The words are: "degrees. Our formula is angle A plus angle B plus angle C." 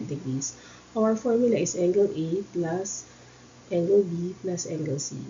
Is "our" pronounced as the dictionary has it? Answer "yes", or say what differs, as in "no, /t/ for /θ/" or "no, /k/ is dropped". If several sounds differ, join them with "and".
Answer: no, /w/ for /ɹ/